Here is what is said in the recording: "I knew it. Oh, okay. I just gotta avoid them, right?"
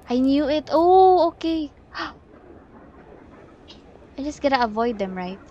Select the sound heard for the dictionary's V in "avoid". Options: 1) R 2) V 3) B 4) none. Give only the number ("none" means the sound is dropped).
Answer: 2